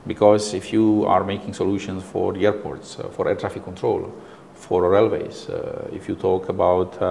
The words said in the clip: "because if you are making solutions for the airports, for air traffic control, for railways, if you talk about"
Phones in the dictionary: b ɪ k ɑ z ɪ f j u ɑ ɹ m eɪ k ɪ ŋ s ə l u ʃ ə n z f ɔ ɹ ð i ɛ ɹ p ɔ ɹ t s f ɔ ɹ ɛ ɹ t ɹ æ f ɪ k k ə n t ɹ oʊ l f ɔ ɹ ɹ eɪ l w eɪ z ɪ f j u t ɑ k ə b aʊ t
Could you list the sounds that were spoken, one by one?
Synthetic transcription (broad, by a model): b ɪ k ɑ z ɪ f j u ɑ ɹ m eɪ k ɪ ŋ s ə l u ʃ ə n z f ɔ ɹ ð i ɛ ɹ p ɔ ɹ t s f ɔ ɹ ɛ ɹ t ɹ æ f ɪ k k ə n t ɹ oʊ l f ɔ ɹ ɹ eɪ l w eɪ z ɪ f j u t ɑ k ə b aʊ t